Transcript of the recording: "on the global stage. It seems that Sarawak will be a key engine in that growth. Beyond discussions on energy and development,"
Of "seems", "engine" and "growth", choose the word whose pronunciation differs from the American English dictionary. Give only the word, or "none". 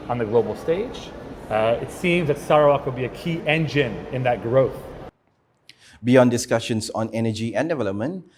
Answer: none